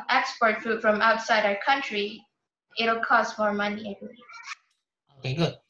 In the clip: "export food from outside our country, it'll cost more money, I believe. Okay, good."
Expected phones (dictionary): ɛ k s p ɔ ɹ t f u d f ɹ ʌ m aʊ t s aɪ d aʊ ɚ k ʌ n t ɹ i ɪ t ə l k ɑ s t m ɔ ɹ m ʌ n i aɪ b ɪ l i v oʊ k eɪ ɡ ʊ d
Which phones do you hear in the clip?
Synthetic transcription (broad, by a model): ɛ k s p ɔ ɹ t f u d f ɹ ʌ m aʊ t s aɪ d aʊ ɚ k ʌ n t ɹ i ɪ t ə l k ɑ s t m ɔ ɹ m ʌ n i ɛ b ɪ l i oʊ k eɪ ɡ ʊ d